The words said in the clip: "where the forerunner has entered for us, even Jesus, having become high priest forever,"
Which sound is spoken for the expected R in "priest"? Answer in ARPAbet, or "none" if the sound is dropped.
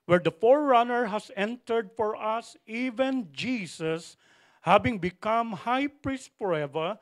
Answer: R